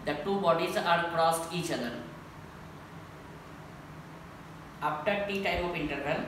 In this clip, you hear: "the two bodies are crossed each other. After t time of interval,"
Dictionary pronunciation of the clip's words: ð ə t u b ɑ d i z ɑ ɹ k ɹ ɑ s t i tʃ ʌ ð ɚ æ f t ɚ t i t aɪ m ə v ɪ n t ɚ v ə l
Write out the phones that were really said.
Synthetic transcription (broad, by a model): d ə t u b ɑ d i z ɑ ɹ k ɹ ɑ s t i tʃ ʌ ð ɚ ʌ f t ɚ t i t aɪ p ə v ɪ n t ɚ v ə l